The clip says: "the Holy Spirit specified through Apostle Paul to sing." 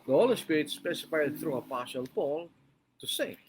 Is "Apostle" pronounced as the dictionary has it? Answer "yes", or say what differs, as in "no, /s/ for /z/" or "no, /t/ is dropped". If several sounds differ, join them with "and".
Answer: no, /ʃ/ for /s/